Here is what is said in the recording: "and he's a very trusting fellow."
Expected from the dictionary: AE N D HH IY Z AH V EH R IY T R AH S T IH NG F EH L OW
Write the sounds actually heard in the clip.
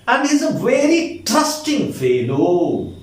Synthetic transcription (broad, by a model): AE N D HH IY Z AH V EH R IY T AH S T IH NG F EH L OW